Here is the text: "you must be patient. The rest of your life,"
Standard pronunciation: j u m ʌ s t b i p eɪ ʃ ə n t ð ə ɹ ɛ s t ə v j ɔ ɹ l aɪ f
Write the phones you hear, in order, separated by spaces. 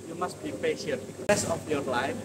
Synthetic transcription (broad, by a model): j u m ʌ s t b i p eɪ ʃ ə n t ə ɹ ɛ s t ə f j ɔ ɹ l aɪ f